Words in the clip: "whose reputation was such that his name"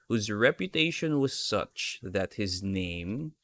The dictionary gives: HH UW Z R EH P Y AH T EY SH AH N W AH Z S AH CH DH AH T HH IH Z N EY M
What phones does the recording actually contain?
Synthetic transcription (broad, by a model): HH UW Z R EH P Y AH T EY SH AH N W AH Z S AH CH DH AH T HH IH Z N EY M